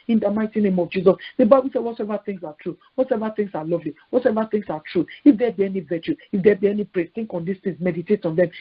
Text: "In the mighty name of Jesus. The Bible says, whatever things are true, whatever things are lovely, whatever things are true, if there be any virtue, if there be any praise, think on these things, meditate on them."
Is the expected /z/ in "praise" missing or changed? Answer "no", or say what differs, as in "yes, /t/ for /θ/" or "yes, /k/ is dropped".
yes, /z/ is dropped